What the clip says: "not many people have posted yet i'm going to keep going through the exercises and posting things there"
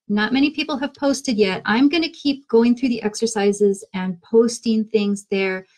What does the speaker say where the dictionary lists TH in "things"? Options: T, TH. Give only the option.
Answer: TH